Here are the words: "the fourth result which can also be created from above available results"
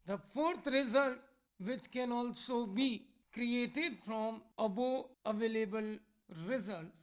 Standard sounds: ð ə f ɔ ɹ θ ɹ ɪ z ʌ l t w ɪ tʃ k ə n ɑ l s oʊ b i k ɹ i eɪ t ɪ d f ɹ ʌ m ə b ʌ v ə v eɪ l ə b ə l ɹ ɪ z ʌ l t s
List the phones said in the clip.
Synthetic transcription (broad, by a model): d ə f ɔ ɹ t ɹ ɪ z ʌ l t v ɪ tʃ k ə n ɑ l s oʊ b i k ɹ i eɪ t ɪ d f ɹ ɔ m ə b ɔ ə v eɪ l ə b ə l ɹ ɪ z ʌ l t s